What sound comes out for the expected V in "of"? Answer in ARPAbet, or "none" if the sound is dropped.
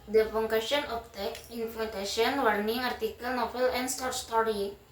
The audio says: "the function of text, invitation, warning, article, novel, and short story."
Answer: P